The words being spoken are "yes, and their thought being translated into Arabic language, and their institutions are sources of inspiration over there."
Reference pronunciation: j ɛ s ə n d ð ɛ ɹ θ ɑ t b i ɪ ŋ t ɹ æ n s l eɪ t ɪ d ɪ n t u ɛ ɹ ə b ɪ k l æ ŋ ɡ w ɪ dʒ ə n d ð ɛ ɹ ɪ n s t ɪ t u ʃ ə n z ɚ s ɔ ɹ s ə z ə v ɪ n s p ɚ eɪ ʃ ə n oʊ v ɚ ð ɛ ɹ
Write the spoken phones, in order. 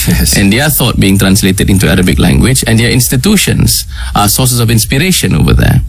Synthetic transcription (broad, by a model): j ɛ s ə n d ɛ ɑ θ ɑ t b i ɪ ŋ t ɹ æ n s l eɪ t ɪ d ɪ n t u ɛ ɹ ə b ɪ k l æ ŋ ɡ w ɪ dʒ ə n d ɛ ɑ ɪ n s t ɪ t u ʃ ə n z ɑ s ɔ s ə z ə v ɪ n s p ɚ eɪ ʃ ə n oʊ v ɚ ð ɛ